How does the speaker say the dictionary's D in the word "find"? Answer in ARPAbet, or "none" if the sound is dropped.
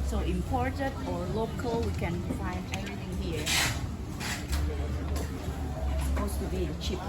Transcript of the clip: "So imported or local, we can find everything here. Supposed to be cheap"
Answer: none